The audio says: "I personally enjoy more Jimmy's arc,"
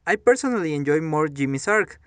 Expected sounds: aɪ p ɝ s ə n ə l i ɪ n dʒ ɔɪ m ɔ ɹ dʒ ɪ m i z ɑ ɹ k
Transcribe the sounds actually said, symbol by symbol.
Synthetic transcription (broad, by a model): aɪ p ɝ s ə n ə l i ɪ n dʒ ɔɪ m ɔ ɹ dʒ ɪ m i s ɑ ɹ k